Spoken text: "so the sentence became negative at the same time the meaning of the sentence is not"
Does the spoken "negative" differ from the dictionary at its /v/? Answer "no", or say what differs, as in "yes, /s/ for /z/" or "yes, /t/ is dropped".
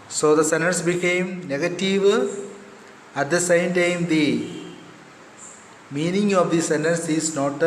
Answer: no